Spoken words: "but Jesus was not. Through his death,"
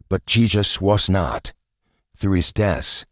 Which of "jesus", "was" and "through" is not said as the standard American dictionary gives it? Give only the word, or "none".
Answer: none